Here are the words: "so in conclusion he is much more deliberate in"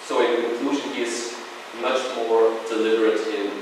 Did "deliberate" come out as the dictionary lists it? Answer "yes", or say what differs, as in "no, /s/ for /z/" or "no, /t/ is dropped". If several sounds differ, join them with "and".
yes